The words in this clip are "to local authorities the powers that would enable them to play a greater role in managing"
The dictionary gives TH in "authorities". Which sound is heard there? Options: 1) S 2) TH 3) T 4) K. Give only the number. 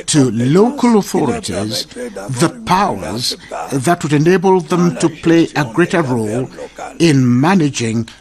2